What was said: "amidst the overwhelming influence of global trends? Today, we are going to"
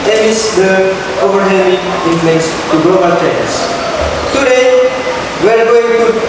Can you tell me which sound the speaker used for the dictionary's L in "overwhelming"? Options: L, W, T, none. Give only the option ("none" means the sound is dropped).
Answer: none